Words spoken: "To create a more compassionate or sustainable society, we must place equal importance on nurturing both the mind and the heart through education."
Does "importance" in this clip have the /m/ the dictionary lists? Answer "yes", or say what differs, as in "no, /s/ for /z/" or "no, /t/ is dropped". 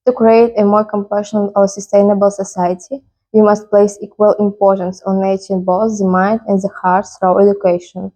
yes